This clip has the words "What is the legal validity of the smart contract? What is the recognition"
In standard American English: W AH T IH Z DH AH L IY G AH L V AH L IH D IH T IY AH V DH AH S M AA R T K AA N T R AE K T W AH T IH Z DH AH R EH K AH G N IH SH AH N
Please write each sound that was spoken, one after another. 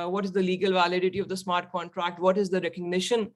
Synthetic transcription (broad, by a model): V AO T IH Z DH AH L IY G AH L V AH L IH D IH T IY AH V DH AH S M AA R T K AA N T R AE K T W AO T IH Z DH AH R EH K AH G N IH SH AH N